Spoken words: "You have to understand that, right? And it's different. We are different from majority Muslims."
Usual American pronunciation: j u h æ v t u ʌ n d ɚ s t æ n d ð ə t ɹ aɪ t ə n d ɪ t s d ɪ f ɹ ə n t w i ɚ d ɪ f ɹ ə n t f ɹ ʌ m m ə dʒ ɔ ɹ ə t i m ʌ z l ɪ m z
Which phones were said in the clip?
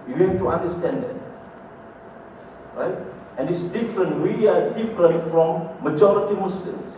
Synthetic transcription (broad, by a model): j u h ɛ f t u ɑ n d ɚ s t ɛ n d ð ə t ɹ aɪ t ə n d ɪ t s d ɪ f ɹ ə n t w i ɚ d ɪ f ɹ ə n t f ɹ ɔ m m ə dʒ ɔ ɹ ə t i m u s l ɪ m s